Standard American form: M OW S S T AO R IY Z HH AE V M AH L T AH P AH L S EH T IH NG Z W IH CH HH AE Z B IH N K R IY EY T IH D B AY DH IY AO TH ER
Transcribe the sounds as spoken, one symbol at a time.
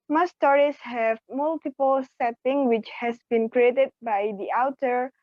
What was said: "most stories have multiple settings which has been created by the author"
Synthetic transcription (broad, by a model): M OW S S T AO R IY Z HH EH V M AH L T AH P AH L S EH T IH NG W IH CH HH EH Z B IH N K R IY EY T IH D B AY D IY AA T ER